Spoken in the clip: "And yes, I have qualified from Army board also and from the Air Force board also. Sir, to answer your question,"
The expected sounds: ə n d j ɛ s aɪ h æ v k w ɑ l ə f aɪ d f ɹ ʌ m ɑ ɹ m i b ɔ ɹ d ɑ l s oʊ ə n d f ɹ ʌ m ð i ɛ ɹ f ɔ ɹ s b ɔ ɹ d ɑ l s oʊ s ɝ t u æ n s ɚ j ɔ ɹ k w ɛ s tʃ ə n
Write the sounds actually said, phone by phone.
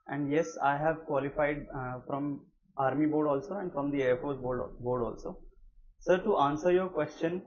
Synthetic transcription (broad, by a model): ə n d j ɛ s aɪ h æ v k w ɑ l ə f aɪ d f ɹ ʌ m ɑ ɹ m i b ɔ ɹ d ɑ l s oʊ ə n d f ɹ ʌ m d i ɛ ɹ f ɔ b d b ɔ ɹ d ɑ l s oʊ s ɝ t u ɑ n s ɚ j ɔ ɹ k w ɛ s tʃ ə n